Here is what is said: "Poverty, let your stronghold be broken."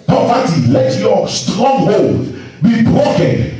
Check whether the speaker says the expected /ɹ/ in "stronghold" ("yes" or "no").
yes